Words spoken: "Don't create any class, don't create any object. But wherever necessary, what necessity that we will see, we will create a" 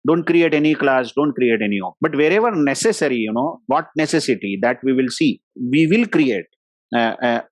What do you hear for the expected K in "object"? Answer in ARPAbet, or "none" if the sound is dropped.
none